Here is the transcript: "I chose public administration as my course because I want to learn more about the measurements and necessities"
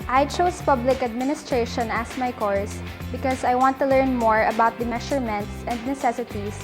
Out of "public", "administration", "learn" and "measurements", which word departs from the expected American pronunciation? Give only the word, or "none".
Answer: measurements